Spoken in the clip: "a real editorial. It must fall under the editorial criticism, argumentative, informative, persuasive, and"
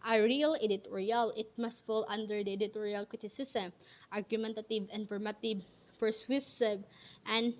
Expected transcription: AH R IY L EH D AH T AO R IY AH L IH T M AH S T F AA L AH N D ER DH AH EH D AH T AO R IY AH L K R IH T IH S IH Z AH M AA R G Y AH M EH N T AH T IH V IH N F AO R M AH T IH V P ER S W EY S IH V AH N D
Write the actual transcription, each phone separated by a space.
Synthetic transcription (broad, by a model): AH R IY L EH D AH T AO R IY AH L IH T M AH S T F AA L AH N D ER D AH EH D AH T AO R IY AH L K R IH T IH S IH S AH M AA R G Y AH M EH N T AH T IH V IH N P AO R M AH T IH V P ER S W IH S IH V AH N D